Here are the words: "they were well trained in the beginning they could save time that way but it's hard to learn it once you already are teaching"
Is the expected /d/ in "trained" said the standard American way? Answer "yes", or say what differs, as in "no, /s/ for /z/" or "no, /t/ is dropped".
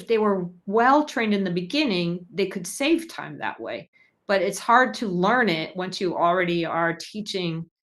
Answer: yes